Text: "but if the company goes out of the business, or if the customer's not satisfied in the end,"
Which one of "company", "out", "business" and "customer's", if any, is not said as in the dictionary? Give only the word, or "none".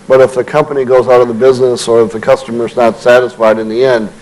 none